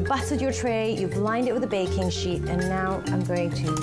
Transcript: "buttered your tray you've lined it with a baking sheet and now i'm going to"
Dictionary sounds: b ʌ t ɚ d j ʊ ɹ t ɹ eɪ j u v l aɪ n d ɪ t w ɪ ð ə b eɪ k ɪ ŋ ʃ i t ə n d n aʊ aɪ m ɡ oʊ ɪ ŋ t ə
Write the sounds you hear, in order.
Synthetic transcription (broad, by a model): b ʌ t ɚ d j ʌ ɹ t ɹ eɪ j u b l aɪ n d ɪ t w ɪ ð ə b eɪ k ɪ ŋ ʃ i t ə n n aʊ aɪ m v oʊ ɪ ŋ t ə